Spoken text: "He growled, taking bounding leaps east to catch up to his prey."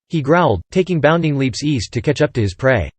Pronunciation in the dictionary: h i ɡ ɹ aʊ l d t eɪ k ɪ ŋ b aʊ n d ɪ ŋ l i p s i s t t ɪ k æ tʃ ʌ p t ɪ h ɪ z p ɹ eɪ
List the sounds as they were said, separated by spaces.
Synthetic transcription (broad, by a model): h i ɡ ɹ aʊ l d t eɪ k ɪ ŋ b aʊ n d ɪ ŋ l i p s i s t t ɪ k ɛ tʃ ʌ p t ɪ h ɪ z p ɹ eɪ